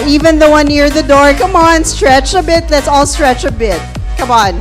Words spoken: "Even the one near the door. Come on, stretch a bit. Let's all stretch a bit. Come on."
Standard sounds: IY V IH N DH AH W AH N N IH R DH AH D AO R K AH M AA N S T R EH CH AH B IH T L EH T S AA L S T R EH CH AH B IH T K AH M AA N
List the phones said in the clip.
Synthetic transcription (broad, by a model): IY V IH N DH AH W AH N N IH R DH AH D AO R K AH M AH N S T R EH CH AH B IH T L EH T S AA L S T R EH CH AH B IH T K AH M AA N